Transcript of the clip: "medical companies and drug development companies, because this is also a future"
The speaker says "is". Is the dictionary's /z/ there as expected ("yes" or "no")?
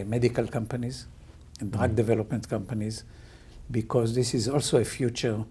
yes